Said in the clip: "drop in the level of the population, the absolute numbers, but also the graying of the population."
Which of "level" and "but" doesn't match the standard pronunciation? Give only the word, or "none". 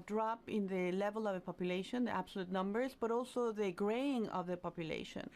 none